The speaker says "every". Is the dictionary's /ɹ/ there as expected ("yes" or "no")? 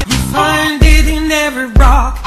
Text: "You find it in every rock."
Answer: no